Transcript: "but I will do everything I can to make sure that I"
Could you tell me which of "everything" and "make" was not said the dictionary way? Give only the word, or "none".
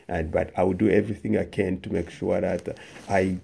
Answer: none